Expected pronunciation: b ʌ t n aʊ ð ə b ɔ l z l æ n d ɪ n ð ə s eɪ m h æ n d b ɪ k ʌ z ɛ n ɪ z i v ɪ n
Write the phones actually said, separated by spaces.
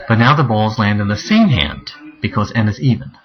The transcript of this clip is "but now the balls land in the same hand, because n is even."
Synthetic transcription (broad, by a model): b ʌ t n aʊ ð ə b ɔ l z l æ n d ɪ n ð ə s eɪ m h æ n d b ɪ k ʌ z ɛ n ɪ z i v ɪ n